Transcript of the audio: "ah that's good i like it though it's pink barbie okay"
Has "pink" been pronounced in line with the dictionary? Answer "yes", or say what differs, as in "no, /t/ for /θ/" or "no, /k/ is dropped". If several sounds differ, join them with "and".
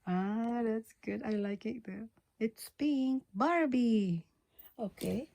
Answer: no, /b/ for /p/